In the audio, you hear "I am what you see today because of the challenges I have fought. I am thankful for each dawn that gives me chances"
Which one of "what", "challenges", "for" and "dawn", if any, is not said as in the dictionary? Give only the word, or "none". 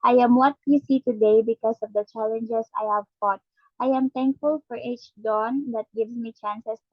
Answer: challenges